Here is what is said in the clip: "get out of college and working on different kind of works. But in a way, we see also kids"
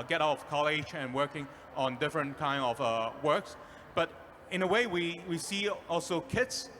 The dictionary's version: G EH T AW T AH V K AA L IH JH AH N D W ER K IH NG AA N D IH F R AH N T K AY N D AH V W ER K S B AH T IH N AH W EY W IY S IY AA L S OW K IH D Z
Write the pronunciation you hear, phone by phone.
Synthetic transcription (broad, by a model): G EH T AW T AH V K AA L IH JH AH N W ER K IH NG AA N D IH F R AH N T K AY N D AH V W ER K S B AH T IH N AH W EY W IY S IY AA L S OW K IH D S